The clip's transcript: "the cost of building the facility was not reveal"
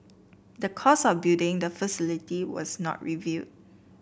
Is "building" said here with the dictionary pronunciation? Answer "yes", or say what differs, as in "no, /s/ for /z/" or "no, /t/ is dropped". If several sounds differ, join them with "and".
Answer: no, /l/ is dropped